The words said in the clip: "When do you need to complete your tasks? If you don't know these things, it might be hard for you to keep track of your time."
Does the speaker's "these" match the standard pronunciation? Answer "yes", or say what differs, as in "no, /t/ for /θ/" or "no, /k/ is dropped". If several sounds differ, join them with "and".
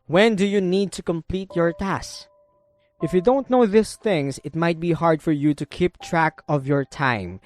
no, /s/ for /z/